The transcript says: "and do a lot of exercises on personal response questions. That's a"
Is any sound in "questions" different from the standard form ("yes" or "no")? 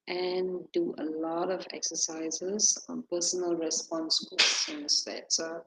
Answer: yes